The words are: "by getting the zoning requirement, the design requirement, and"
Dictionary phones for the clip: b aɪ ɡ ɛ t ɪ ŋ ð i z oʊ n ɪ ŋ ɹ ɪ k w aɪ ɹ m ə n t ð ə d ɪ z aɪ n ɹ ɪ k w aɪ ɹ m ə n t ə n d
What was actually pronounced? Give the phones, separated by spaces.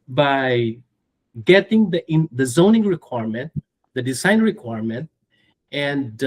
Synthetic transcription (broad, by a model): b aɪ ɡ ɛ t ɪ ŋ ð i z oʊ n ɪ ŋ ɹ ɪ k w aɪ ɹ m ə n t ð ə d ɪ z aɪ n ɹ ɪ k w aɪ ɹ m ə n t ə n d